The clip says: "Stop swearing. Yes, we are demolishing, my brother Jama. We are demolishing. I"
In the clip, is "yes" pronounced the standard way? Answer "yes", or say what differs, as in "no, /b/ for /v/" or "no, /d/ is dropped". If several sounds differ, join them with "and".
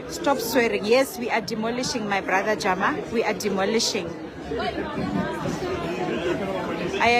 yes